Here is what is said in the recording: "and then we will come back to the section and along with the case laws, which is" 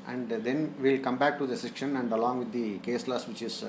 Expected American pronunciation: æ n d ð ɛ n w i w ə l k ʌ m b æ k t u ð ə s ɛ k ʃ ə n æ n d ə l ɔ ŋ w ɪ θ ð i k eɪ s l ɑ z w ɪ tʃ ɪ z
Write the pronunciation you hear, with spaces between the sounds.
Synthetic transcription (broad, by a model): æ n d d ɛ n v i l k ʌ m b æ k t u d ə s ɛ k ʃ ə n æ n d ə l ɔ ŋ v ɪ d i k eɪ s l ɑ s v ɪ tʃ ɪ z